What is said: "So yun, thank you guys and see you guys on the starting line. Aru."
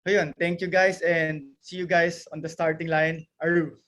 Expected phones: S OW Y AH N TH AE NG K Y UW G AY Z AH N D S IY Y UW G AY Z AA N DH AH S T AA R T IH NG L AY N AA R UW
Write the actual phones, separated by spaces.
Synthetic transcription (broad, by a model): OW Y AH N T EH NG K Y UW G AY S AH N D S IY Y UW G AY S AA N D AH S T AA R T IH NG L AY N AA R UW